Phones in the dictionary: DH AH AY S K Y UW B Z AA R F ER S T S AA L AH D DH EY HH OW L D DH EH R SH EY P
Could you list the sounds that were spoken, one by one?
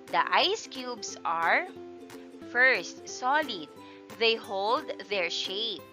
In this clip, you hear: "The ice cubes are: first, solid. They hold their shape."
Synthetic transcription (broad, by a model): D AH AY S K Y UW B S AA R F ER S T S AA L AH D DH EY HH OW L D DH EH R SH EY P